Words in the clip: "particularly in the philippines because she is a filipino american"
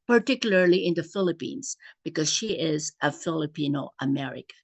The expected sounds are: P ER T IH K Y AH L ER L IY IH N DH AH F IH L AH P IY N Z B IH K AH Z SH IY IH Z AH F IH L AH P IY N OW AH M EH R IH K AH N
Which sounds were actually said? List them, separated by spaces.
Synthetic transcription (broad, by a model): P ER T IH K Y L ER L IY IH N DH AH F IH L AH P IY N Z B IH K AH Z SH IY IH Z AH F IH L AH P IY N OW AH M EH R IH K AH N